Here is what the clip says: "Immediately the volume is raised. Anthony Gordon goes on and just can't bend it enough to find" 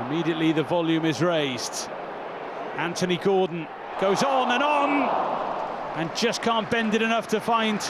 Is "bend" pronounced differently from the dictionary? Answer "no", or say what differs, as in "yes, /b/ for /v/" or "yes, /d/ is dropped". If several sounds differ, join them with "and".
no